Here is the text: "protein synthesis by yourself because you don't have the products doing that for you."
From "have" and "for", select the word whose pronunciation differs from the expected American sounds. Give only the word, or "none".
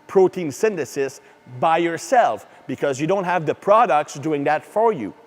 none